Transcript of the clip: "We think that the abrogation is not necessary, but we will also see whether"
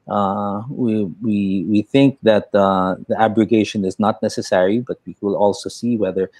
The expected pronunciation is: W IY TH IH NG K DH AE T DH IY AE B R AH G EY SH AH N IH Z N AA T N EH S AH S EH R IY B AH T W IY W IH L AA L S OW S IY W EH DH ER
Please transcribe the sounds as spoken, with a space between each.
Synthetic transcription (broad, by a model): W IY TH IH NG K DH AE T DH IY AE B R AH G EY SH AH N IH Z N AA T N EH S AH S EH R IY B AH T W IY W IH L AA L S OW S IY W EH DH ER